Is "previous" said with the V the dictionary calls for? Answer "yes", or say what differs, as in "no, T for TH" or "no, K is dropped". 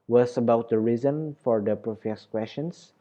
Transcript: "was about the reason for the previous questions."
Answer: no, F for V